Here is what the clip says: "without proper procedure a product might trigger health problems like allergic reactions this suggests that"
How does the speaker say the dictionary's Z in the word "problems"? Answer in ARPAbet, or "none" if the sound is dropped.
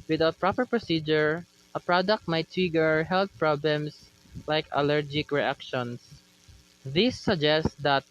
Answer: S